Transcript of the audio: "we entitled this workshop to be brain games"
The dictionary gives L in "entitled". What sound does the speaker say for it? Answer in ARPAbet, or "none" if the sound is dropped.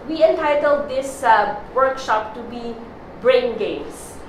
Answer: L